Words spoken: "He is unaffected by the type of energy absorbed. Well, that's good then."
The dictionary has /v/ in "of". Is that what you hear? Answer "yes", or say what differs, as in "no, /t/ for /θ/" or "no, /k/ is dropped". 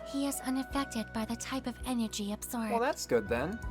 yes